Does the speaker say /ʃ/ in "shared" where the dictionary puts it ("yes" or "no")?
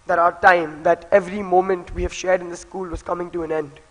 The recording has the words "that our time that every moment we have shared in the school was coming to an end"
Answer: yes